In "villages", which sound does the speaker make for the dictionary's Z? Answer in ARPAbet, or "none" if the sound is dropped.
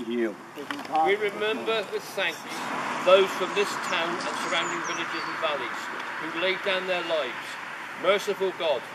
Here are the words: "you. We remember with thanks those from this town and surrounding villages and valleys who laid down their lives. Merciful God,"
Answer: Z